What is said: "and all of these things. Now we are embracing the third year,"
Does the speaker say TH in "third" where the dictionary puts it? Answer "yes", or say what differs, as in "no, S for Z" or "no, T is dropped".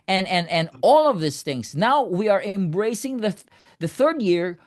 yes